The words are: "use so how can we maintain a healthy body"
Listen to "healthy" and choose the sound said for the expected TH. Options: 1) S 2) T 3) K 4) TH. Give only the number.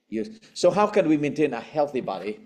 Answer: 4